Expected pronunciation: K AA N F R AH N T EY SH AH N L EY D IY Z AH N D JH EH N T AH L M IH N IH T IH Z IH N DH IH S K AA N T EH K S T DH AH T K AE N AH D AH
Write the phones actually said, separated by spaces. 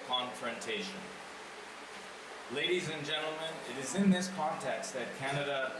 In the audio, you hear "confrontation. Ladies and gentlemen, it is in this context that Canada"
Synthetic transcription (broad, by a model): K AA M F R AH N T EY SH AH N L EY D IY Z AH N JH EH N T L M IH N IH T IH Z IH N DH IH S K AA N T EH K S T DH AH T K AE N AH D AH